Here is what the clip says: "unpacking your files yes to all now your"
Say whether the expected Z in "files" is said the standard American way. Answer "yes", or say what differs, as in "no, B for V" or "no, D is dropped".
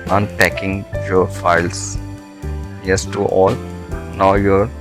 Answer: no, S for Z